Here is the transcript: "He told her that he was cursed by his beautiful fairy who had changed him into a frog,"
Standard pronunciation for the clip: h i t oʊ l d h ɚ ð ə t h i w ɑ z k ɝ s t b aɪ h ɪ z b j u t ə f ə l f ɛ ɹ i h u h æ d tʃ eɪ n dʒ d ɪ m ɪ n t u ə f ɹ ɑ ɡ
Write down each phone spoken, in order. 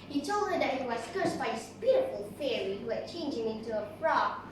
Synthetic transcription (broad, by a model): h i t oʊ l d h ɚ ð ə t h i w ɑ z k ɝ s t b aɪ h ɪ s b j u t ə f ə l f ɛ ɹ i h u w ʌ tʃ eɪ n dʒ ɪ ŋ ɪ n t u ə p ɹ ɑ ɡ